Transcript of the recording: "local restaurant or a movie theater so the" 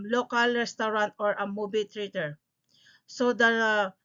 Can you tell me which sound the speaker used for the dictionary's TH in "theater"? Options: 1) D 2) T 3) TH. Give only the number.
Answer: 2